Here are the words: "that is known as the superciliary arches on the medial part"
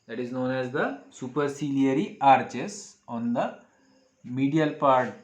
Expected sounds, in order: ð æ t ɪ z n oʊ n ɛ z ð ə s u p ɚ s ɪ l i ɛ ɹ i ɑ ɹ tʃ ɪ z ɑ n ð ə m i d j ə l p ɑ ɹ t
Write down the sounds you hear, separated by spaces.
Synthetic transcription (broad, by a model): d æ t ɪ z n oʊ n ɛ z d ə s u p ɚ s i l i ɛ ɹ i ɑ ɹ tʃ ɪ s ɑ n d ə m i d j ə l p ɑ ɹ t